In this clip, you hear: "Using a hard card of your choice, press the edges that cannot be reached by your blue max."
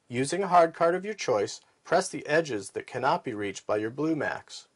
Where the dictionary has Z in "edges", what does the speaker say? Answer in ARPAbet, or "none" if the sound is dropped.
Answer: Z